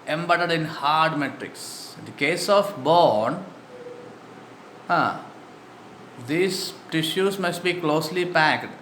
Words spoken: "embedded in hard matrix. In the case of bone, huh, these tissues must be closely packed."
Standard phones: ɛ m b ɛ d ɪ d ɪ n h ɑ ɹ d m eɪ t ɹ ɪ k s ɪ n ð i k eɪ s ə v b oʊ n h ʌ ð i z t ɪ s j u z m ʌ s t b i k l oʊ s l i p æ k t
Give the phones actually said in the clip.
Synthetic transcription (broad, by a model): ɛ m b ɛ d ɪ d ɪ n h ɑ ɹ d m eɪ t ɹ ɪ k s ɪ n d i k eɪ s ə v b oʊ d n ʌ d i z t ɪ ʃ j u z m ʌ s t b i k l oʊ s l i p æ k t